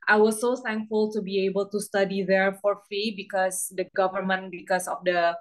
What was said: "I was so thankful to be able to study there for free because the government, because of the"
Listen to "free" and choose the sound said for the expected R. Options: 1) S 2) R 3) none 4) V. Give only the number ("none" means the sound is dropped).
3